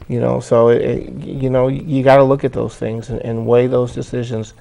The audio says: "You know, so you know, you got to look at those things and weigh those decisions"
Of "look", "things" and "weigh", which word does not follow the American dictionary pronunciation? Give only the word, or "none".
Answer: none